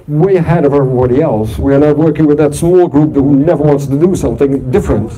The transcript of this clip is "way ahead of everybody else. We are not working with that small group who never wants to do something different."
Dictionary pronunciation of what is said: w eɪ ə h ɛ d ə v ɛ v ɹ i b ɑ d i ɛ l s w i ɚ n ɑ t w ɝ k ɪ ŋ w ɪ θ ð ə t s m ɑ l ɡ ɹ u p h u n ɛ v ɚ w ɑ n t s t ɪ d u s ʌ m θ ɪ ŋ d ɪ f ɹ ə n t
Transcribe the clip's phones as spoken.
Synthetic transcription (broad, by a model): w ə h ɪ d ə v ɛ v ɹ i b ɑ d i ɛ l s w i ɚ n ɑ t w ɝ k ɪ ŋ w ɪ ð ə t s m ɑ l ɡ ɹ u p h u n ɛ v ɚ w ɑ n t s t ɪ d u s ʌ m θ ɪ ŋ d ɪ f ɹ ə n t